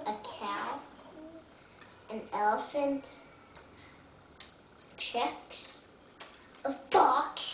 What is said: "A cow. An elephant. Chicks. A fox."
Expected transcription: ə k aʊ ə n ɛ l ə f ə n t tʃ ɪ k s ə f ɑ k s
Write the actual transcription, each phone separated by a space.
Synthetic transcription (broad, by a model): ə k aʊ ə n ɛ l ə f ə n t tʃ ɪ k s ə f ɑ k